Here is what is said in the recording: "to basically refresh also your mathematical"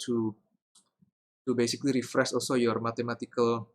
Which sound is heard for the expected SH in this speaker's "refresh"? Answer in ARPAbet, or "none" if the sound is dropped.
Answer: S